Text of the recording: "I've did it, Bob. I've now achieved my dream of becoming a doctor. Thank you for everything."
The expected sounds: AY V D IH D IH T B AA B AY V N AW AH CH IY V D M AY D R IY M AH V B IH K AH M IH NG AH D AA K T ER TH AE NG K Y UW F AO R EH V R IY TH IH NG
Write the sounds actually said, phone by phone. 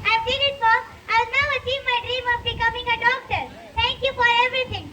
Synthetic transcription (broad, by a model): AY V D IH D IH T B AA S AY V N AW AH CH IY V M AY D R IY M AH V B IH K AH M IH NG AH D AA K T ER T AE NG K Y UW F AO R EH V R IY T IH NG